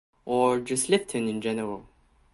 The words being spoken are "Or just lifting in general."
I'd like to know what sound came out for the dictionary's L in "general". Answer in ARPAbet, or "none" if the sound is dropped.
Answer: W